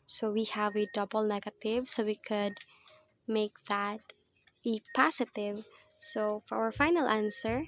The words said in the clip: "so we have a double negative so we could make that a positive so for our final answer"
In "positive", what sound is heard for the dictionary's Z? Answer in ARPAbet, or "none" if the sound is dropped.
S